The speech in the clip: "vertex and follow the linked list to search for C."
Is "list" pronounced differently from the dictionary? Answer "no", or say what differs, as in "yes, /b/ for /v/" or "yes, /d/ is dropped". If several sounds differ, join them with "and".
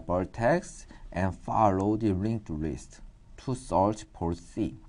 no